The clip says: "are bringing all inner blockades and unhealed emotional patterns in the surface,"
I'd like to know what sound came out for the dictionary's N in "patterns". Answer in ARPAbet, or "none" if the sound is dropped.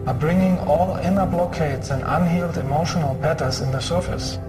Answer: none